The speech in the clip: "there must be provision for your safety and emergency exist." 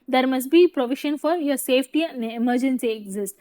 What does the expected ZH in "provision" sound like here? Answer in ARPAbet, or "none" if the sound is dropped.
SH